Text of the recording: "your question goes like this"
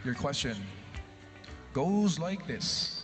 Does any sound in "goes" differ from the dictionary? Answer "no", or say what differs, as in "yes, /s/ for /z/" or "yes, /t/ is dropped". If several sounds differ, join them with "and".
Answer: no